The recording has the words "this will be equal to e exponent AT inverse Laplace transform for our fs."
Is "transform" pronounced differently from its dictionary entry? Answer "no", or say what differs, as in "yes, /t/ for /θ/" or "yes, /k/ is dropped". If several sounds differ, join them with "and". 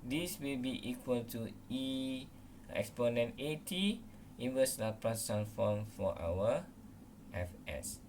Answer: yes, /s/ is dropped